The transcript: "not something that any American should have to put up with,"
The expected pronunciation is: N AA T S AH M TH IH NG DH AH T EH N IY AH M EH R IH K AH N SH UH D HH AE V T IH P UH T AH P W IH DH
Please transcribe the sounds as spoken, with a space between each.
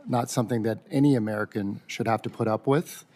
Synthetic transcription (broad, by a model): N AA T S AH M TH IH NG DH AH T EH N IY AH M EH R IH K AH N SH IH D HH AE F T IH P UH T AH P W IH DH